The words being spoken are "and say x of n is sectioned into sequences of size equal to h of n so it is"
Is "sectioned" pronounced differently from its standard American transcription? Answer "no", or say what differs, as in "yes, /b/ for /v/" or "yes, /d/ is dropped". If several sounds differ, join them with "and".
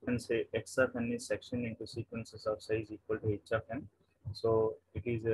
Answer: yes, /d/ is dropped